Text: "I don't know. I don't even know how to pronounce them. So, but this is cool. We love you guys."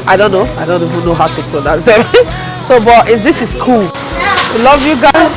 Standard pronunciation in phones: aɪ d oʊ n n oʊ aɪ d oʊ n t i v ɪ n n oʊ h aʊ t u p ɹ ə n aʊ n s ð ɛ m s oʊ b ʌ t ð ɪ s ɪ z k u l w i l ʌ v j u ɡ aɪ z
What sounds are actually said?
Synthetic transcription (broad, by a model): aɪ d oʊ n n oʊ aɪ d oʊ n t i v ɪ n n oʊ h aʊ t u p l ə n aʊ s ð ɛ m s oʊ b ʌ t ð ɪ s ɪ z k u l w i l ʌ v j u ɡ aɪ